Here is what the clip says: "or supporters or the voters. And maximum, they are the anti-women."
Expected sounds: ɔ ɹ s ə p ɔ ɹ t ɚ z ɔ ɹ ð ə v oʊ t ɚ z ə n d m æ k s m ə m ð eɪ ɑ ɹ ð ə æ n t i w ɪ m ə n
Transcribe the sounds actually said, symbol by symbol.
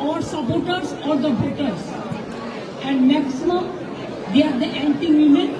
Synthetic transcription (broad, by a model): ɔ ɹ s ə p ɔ ɹ t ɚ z ɔ ɹ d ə b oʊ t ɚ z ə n d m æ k s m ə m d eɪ ɑ ɹ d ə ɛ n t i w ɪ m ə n